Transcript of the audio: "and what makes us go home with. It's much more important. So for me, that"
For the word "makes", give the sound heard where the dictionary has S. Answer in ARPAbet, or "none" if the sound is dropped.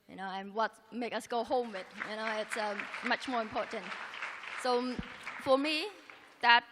none